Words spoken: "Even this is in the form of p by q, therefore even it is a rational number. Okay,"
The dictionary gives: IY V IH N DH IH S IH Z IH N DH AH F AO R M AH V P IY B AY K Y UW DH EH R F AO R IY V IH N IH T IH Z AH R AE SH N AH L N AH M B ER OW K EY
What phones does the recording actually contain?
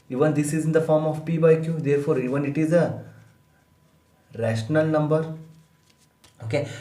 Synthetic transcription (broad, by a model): IY V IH N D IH S IH Z IH N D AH F AO R M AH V P IY B AY K Y UW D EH R F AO R IY V IH N IH T IH Z AH R AE SH N AH L N AH M B ER OW K EY